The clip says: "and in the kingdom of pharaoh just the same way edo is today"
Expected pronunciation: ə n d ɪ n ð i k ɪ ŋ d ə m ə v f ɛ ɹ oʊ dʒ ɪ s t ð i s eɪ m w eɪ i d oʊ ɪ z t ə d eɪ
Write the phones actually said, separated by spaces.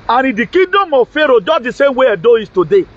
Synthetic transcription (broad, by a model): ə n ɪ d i k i d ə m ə f ɛ ɹ oʊ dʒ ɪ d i s eɪ m w eɪ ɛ d oʊ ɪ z t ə d eɪ